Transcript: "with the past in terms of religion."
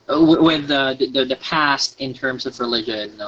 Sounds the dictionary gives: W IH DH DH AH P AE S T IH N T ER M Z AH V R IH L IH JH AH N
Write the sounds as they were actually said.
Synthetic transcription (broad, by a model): W IH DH DH AH P AE S T IH N T ER M Z AH V R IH L IH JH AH N